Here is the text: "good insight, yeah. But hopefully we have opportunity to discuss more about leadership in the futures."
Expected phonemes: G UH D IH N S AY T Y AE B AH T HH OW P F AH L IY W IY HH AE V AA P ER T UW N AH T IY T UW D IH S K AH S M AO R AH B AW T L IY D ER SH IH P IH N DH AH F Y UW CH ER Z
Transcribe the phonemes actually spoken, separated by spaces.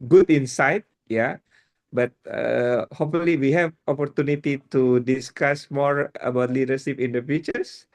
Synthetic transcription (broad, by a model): G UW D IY N S AY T Y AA B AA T HH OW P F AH L IY W IY HH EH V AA P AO T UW N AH T IY T UW D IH S K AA S M AO R AH B AW T L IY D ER S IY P IH N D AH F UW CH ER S